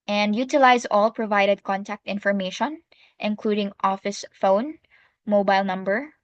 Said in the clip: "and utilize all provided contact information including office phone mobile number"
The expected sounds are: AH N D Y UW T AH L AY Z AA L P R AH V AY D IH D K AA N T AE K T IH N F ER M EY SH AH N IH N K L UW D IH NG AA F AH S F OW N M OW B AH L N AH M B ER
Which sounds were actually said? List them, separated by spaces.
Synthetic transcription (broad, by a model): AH N D Y UW T AH L AY Z AA L P R AH V AY D IH D K AA N T AE K T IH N F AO M EY SH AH N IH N K L UW D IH NG AA F AH S F OW N M OW B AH L N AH M B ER